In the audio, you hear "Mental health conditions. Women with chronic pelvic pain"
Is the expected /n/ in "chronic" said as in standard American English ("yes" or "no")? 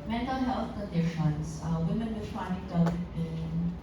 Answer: no